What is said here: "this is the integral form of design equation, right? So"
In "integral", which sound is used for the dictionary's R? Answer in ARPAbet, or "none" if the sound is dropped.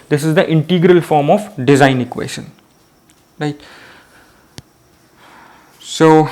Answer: R